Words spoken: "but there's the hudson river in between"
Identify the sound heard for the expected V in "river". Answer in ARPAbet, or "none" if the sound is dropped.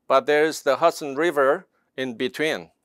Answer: V